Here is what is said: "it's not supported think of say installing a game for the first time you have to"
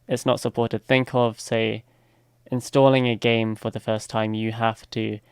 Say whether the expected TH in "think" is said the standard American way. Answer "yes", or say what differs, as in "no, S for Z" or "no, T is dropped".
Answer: yes